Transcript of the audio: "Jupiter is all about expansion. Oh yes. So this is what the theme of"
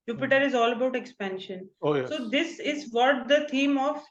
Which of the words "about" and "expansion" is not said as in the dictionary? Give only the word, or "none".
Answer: none